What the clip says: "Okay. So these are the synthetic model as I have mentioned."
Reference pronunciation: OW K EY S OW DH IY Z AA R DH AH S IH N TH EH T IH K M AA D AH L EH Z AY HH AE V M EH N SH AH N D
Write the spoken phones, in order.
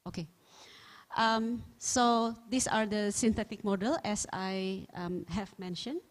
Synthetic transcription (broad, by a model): OW K EY S OW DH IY S AA R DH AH S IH N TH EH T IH K M AA D AH L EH S AY HH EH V M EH N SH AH N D